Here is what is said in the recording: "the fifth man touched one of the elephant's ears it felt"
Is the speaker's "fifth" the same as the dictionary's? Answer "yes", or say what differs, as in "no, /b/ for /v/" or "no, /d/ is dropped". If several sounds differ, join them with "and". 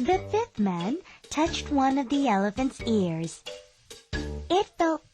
yes